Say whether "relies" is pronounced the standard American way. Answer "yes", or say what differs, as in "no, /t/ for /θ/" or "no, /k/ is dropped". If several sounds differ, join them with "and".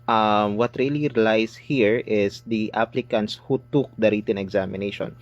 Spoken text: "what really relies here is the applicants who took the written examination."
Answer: no, /s/ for /z/